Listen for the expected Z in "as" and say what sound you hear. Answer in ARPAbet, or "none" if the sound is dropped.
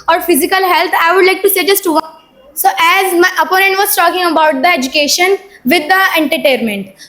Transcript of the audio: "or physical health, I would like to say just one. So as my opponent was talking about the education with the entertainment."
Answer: Z